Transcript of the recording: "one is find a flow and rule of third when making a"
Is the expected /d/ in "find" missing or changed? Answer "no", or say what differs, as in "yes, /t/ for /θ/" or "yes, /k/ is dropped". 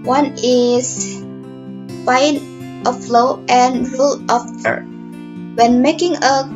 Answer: yes, /d/ is dropped